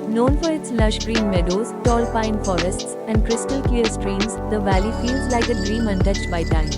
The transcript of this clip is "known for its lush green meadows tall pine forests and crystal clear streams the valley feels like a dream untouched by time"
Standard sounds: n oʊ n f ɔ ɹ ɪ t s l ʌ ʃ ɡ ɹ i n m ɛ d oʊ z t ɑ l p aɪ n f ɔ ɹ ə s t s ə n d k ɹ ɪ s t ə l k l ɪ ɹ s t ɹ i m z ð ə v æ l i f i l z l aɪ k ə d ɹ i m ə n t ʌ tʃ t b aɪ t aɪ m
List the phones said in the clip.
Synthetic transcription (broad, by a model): n oʊ n f ɔ ɹ ɪ t s l ʌ ʃ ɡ ɹ i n m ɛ d oʊ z t ɑ l p aɪ n f ɔ ɹ ə s t s ə n d k ɹ ɪ s t ə l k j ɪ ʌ s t ɹ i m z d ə v æ l i f i l z l aɪ k ə d ɹ i m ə n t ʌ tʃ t b aɪ t aɪ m